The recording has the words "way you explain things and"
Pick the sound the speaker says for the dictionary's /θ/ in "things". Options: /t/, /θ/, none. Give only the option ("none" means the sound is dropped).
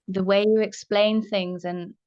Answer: /θ/